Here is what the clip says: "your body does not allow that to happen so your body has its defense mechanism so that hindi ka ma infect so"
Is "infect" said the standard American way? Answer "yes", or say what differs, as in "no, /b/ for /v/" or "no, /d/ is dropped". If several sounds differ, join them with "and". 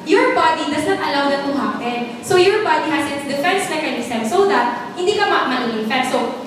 no, /k/ is dropped